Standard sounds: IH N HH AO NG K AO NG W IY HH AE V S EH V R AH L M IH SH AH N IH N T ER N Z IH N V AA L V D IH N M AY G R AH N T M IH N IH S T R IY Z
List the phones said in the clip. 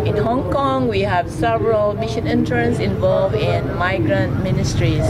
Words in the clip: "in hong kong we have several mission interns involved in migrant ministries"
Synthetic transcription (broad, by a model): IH N HH AO NG K AO NG W IY HH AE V S EH V R AH L M IH SH AH N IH N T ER N S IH N V AA L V IH N M AY G R AH N T M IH N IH S T R IY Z